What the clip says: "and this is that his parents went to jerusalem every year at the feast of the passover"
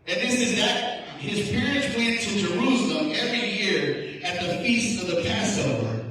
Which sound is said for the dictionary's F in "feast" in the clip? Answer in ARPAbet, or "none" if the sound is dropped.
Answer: F